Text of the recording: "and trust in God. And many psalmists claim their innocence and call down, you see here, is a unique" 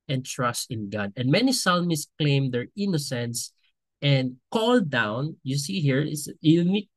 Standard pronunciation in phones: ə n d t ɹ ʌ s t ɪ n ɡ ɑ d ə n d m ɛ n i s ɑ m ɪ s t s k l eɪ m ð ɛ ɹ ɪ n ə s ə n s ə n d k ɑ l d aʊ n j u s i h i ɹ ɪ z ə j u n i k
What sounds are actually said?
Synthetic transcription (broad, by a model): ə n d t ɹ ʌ s t ɪ n ɡ ɑ d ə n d m ɛ n i s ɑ m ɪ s s k l eɪ m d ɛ ɹ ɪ n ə s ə n s ə n d k ɑ l d aʊ n j u s i h i ɹ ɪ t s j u n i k